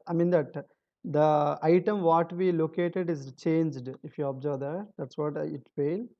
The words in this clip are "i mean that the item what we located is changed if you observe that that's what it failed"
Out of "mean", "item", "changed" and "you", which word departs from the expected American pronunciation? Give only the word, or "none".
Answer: none